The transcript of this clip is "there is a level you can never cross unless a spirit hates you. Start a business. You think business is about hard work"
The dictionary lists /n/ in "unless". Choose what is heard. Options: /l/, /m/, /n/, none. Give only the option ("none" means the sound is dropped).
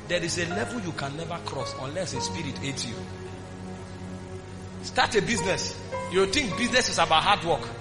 /n/